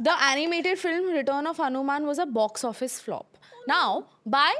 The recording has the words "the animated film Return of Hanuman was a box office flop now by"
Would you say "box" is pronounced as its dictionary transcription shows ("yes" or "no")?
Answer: yes